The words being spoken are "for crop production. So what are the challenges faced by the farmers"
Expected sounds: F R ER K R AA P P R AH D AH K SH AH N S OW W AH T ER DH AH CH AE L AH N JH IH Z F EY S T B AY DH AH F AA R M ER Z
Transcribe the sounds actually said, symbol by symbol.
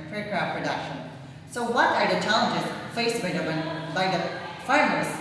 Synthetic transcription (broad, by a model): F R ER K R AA F P R AH D AH K SH AH N S OW W AH T ER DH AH CH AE L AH N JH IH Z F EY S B B AY DH AH F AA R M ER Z